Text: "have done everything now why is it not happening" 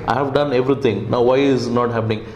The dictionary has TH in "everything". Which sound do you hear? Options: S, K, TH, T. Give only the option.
T